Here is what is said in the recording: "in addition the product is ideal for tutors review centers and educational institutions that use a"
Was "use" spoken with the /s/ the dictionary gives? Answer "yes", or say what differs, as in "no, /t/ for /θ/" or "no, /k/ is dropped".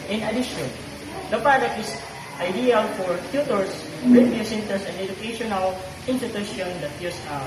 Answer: yes